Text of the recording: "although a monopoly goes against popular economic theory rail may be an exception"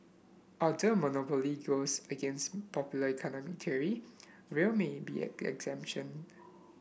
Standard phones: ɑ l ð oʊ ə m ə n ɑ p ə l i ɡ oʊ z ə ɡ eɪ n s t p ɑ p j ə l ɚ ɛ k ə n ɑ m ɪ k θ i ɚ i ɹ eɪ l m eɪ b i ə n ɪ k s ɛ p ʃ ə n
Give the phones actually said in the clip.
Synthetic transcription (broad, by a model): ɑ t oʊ ə m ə n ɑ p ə l i ɡ oʊ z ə ɡ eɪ n s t p ɑ p j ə l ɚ ɛ k ə n ɑ m ɪ k t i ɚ i ɹ eɪ l m eɪ b i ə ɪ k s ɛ p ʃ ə n